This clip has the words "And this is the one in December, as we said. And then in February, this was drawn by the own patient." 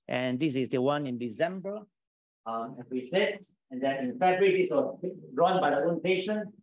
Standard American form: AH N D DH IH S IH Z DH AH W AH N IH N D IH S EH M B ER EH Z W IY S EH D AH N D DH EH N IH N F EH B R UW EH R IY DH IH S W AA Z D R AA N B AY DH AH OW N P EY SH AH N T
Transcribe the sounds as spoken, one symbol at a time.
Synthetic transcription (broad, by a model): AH N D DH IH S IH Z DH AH W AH N IH N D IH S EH M B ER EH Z W IY S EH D AH N D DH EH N IH N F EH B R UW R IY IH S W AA S D R AA N B AY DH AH OW N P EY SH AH N